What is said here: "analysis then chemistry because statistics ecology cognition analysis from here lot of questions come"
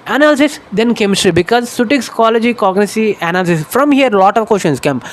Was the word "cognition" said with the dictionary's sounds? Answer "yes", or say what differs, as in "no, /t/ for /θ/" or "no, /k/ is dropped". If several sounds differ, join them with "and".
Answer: no, /s/ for /ʃ/ and /n/ is dropped